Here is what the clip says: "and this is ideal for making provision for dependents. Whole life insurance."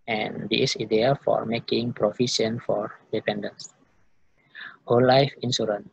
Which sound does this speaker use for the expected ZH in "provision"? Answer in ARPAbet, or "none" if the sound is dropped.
S